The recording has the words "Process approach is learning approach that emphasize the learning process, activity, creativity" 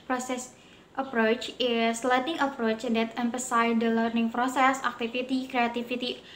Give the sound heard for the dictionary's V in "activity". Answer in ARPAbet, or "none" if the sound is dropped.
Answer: F